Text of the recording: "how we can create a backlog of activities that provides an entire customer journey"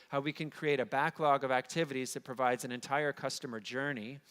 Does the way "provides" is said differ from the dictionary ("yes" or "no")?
no